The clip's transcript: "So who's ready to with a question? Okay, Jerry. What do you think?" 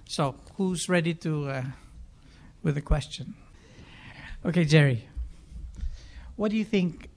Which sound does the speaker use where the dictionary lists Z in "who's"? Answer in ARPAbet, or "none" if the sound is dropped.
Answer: Z